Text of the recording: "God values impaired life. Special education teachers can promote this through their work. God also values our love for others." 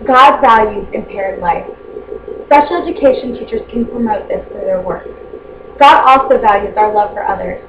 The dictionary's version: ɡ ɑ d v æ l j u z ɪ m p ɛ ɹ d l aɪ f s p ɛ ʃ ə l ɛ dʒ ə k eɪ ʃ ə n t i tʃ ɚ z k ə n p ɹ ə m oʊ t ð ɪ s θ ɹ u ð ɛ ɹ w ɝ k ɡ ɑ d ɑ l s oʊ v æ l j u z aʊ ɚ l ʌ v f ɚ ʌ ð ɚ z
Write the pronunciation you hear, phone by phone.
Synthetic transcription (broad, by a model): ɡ ɑ d v æ l j u z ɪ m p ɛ ɹ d l aɪ f s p ɛ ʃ l ɛ dʒ ə k eɪ ʃ ə n t i tʃ ɚ z k ə n p ɹ ə m oʊ t ð ɪ s f ɹ ð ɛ ɹ w ɝ k ɡ ɑ d ɑ l s oʊ v æ l j u z aʊ ɚ l ʌ v f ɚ ʌ ð ɚ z